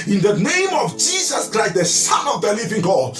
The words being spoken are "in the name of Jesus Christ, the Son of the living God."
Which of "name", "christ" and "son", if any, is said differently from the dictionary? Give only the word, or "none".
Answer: son